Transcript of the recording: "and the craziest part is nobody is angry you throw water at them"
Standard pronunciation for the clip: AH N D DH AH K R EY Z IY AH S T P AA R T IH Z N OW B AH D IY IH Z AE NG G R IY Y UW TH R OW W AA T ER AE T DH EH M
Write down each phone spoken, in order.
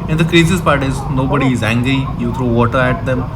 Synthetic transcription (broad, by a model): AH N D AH K R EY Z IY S P AA R T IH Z N OW B AH D IY IH Z AE NG G R IY Y UW T R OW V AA T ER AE T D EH M